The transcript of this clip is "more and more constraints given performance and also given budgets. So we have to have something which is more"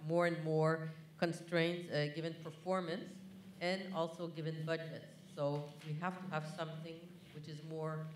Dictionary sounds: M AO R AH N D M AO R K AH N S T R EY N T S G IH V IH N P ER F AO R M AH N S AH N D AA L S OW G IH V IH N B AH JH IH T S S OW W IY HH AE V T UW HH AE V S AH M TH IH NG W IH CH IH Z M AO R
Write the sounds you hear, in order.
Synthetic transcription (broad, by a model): M AO R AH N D M AO R K AH N S T R EY N T S G IH V IH N P ER F AO R M AH N S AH N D AA L S OW G IH V IH N B AH JH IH T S S OW W IY HH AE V T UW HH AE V S AH M TH IH NG W IH CH IH Z M AO R